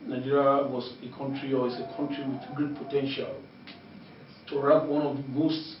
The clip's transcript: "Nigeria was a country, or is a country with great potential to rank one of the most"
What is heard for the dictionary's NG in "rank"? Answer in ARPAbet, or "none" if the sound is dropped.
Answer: none